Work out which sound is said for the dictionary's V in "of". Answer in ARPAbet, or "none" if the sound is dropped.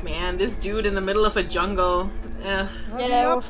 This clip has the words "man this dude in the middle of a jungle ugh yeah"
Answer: V